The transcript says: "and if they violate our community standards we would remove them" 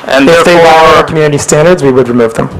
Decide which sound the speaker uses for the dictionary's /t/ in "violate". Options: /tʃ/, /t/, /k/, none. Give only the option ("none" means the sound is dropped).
none